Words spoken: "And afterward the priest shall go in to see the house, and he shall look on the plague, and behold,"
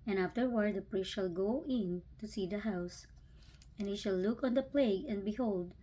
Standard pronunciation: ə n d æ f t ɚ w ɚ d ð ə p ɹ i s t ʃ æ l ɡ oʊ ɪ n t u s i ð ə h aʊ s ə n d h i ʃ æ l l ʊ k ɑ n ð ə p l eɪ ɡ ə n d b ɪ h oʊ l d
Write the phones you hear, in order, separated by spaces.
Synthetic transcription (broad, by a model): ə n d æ f t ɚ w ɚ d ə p ɹ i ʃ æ l ɡ oʊ ɪ n t u s i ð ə h aʊ s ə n h i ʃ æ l l ʊ k ɑ n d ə p l eɪ ɡ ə n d b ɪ h oʊ l d